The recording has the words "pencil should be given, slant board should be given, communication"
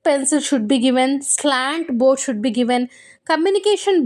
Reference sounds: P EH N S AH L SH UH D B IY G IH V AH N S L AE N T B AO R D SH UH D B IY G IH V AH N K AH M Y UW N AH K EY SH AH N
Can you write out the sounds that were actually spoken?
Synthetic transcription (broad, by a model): P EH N S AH L SH UH D B IY G IH V AH N S L AE N T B AO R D SH UH D B IY G IH V AH N K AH M Y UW N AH K EY SH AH N